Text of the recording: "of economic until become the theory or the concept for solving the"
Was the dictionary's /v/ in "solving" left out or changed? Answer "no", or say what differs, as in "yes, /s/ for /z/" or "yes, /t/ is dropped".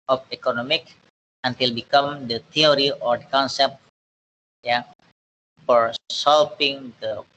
yes, /p/ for /v/